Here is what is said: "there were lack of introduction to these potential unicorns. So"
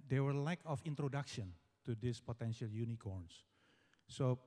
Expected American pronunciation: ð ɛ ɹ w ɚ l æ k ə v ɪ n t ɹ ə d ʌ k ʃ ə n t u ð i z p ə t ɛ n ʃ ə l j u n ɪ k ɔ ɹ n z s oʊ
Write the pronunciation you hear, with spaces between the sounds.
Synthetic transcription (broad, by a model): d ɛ w ɚ l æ k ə f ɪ n t ɹ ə d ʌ k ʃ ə n t u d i s p ə t ɛ n ʃ ə l j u n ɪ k ɔ ɹ n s s oʊ